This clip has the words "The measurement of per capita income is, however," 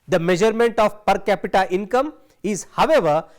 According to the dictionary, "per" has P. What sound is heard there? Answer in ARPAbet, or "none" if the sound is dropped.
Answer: P